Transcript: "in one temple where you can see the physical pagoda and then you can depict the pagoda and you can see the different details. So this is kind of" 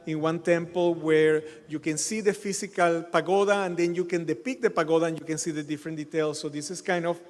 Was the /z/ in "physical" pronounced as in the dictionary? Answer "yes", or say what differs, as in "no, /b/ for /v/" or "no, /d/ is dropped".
no, /s/ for /z/